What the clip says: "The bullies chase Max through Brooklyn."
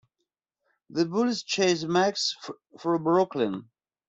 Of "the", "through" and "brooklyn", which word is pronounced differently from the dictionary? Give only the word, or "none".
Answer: through